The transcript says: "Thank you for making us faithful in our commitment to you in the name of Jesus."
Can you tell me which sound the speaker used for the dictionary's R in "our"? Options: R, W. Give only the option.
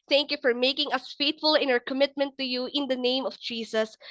R